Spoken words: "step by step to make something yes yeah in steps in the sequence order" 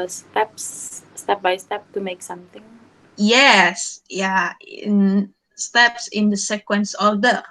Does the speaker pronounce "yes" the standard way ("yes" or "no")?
yes